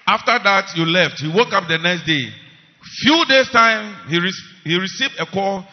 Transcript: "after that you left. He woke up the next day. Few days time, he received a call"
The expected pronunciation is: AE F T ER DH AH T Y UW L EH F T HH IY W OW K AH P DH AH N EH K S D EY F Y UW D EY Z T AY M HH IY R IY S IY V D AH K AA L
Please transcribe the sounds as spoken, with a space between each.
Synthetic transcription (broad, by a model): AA F T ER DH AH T Y UW L EH F T HH IY W OW K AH P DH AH N EH K S D EY F Y UW D EY S T AY M HH IY R IY S IY V D AH K AA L